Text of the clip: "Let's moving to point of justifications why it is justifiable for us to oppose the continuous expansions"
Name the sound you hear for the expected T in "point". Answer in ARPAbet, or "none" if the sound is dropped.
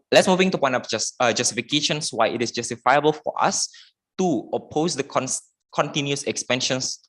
none